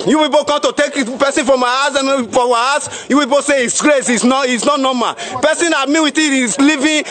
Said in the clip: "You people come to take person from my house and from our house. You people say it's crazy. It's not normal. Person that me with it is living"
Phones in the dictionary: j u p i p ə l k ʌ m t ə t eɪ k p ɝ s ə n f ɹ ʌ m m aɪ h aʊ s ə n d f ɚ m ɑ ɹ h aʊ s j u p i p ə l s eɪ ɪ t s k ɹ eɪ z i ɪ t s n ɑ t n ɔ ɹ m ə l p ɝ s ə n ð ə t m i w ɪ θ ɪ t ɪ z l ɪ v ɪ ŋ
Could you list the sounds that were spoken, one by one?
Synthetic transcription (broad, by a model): j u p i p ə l k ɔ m t ə t eɪ k p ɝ s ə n f ɹ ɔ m m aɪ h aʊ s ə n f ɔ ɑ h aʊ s j u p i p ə s eɪ ɪ t s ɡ ɹ eɪ s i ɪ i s n ɑ t n ɔ m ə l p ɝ s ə n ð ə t m i w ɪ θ ɪ t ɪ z l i v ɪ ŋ